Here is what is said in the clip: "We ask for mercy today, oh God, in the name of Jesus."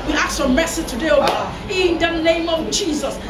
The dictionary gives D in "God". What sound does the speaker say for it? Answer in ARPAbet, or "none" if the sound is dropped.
none